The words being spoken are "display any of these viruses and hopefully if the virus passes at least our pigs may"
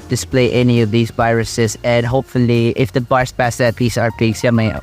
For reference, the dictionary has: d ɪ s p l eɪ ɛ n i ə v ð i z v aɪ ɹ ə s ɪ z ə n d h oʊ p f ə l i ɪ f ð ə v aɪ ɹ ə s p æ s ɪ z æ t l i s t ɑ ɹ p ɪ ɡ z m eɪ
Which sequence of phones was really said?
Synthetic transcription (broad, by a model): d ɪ s p l eɪ ɛ n i ə v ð i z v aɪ ɹ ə s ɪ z ə n d h oʊ p f ə l i ɪ f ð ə b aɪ ɹ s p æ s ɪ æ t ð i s ɑ ɹ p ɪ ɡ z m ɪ